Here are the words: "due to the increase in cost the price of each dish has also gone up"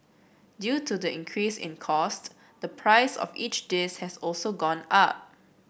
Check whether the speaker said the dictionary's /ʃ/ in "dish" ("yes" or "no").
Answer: no